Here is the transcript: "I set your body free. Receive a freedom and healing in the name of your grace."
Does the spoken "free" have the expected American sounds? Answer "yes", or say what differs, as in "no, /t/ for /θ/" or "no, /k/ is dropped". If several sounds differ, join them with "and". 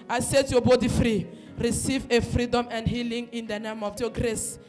yes